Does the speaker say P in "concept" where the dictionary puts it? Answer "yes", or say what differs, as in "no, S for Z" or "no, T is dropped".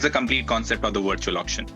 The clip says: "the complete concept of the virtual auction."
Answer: yes